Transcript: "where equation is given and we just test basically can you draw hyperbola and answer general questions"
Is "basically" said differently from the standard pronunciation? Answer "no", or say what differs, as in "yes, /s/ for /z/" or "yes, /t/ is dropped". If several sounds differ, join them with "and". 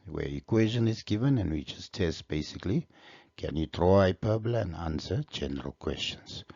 no